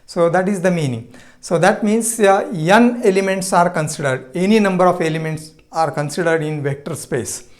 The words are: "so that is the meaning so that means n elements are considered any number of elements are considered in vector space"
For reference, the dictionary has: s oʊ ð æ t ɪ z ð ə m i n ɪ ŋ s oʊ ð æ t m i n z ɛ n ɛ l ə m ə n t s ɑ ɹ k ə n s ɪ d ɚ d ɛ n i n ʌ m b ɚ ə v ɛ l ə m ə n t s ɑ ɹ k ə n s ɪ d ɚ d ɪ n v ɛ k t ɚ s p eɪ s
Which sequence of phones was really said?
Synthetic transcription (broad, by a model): s oʊ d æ t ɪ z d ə m i n ɪ ŋ s oʊ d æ t m i n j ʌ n ɛ l ə m ə n t s ɑ ɹ k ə n s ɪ d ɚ d ɛ n i n ʌ m b ɚ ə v ɛ l ə m ə n t s ɑ ɹ k ə n s ɪ d ɚ d ɪ n v ɛ k t ɚ s p eɪ s